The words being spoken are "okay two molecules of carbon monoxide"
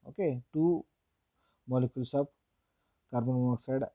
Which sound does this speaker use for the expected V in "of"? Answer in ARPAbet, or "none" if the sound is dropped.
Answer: P